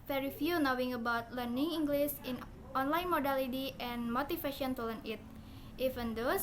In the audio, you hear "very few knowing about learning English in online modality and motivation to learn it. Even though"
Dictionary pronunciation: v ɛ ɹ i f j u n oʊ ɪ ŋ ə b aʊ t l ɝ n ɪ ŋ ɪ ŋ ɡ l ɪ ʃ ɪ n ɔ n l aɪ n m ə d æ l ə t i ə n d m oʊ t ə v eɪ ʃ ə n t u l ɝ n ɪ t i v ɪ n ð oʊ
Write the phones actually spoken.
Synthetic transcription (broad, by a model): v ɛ ɹ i f j u n oʊ ɪ ŋ ə b aʊ t l ɝ n ɪ ŋ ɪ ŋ ɡ l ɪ s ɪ n ɔ n l aɪ n m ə d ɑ l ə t i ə n m oʊ t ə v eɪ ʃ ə n t u l ɝ n ɪ t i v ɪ n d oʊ